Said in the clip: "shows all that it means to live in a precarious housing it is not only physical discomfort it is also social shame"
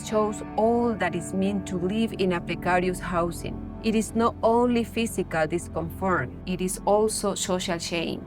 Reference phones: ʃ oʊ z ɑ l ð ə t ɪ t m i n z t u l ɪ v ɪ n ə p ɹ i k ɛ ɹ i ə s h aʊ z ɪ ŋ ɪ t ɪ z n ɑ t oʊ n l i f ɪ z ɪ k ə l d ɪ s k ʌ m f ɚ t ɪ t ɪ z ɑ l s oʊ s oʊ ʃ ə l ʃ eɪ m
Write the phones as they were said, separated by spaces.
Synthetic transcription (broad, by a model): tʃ oʊ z ɑ l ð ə t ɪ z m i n t u l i v ɪ n ə p ɹ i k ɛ ɹ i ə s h aʊ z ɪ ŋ ɪ t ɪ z n ɑ t oʊ n l i f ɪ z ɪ k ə l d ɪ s k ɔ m f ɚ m ɪ t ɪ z ɑ l s oʊ s oʊ ʃ ə l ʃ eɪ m